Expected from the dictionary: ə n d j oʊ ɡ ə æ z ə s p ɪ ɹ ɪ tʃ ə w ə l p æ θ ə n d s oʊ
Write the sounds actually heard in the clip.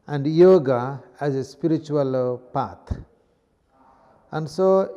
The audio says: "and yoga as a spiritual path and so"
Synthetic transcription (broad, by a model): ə n d j oʊ ɡ ə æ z ə s p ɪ ɹ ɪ tʃ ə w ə l p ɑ t ə n d s oʊ